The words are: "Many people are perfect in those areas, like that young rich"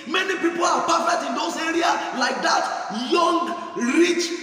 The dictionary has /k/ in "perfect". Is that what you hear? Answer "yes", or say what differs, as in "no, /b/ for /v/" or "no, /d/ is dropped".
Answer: no, /k/ is dropped